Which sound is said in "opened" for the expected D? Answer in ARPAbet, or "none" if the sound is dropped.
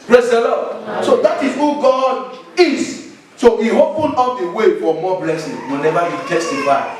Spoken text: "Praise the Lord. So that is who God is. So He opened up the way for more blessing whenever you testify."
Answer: none